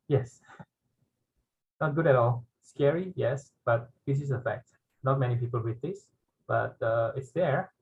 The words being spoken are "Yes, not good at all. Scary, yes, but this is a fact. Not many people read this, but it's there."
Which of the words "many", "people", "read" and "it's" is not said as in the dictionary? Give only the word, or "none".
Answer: read